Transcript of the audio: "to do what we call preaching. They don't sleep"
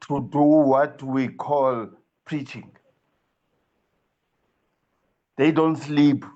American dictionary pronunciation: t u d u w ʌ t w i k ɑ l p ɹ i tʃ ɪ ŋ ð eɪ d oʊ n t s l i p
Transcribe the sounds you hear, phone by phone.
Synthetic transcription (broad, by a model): t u d u w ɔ t w i k ɑ l p ɹ i tʃ ɪ ŋ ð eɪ d oʊ n t s l i p